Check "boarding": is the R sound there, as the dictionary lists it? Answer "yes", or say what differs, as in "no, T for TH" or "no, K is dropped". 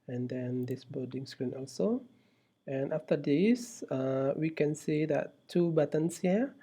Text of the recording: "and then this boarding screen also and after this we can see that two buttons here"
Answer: no, L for R